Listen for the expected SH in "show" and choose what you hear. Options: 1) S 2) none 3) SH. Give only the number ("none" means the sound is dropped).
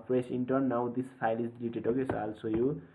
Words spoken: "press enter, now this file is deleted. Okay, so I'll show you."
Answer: 1